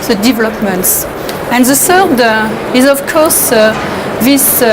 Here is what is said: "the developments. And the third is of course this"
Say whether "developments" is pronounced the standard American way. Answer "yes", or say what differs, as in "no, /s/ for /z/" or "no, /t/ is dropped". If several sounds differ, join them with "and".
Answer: yes